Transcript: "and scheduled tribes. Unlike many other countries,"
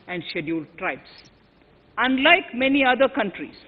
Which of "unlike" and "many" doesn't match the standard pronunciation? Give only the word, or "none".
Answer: none